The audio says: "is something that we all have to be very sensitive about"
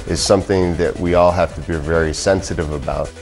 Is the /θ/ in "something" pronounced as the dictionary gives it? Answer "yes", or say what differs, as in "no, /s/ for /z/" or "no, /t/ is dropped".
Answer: yes